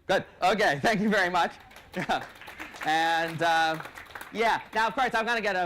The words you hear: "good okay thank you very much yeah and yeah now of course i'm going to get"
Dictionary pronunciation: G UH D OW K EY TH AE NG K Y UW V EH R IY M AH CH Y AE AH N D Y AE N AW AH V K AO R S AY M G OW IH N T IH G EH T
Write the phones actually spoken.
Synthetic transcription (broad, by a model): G UH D OW K EY TH AE NG K Y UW V EH R IY M AH CH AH N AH Y AE N AW AH V K AO R S AY M G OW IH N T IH G EH T